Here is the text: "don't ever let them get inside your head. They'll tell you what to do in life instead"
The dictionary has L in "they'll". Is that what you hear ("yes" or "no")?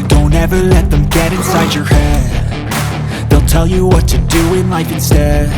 yes